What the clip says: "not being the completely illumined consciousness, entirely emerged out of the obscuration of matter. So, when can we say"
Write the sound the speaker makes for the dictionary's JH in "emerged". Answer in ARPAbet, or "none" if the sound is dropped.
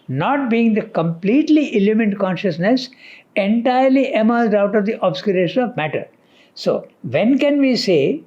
Z